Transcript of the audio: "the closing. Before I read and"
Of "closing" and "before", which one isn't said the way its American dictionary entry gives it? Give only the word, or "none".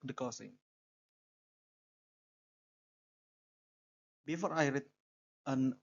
closing